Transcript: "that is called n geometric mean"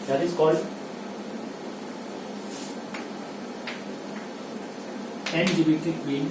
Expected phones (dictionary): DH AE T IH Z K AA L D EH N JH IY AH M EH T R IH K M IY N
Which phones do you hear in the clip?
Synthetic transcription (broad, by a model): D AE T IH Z K AA L D EH N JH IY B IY T IH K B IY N